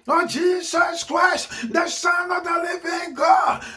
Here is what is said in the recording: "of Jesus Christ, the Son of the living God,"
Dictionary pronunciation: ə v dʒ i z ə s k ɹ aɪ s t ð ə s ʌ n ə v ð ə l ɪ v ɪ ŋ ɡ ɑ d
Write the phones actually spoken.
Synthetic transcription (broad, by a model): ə dʒ i z ə s k ɹ aɪ s t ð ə s ʌ n ə v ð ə l ɪ v ɪ ŋ ɡ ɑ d